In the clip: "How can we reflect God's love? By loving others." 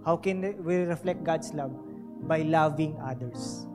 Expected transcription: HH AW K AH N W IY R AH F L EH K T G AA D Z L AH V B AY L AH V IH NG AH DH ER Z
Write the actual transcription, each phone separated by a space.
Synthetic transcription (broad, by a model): HH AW K AH N W IY R AH F L EH K T G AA D S L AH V B AY L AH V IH NG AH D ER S